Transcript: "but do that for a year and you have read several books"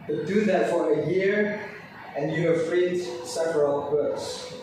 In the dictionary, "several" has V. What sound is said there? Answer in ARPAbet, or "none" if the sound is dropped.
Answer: V